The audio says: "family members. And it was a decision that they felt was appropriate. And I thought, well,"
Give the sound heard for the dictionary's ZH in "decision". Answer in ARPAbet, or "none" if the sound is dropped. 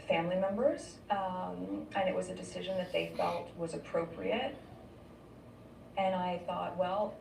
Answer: ZH